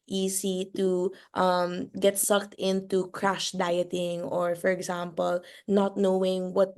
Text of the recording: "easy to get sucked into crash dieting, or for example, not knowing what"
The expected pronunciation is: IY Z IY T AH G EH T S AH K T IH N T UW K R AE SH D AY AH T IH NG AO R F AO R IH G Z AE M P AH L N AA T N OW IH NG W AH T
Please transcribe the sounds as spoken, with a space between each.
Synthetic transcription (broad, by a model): IY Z IY T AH G EH T S AH K T IH N T UW K R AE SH D AY AH T IH NG AO R F AO R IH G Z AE M P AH L N AA T N OW IH NG W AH T